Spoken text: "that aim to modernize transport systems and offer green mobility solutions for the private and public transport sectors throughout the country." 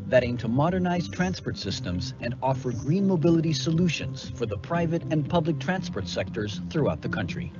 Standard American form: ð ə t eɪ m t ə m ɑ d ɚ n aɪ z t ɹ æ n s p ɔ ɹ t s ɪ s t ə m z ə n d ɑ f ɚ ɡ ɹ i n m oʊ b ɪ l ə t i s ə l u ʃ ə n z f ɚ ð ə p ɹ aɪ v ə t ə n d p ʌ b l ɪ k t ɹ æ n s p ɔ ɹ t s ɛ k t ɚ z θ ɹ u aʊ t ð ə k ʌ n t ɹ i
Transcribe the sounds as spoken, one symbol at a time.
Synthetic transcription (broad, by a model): ð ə t eɪ m t ə m ɑ d ɚ n aɪ z t ɹ æ n s p ɔ ɹ t s ɪ s t ə m z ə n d ɑ f ɚ ɡ ɹ i n m oʊ b ɪ l ə t i s ə l u ʃ ə n z f ɚ ð ə p ɹ aɪ v ə t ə n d p ʌ b l ɪ k t ɹ æ n s p ɔ ɹ t s ɛ k t ɚ z θ ɹ u aʊ t ð ə k ʌ n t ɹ i